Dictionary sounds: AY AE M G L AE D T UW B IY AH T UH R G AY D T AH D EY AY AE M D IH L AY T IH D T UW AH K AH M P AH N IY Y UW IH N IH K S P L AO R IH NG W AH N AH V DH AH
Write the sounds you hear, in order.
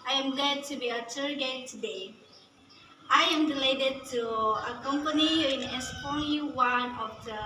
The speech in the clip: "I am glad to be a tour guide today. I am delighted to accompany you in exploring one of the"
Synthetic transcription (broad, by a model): AY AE M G L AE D T UW B IY AH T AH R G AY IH T AH D EY AY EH M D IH L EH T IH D T UW AH K AH M P AH N IY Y IH N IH S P AO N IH W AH N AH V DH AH